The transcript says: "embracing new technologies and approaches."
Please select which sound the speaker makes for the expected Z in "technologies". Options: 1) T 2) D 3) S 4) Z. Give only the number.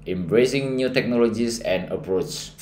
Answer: 3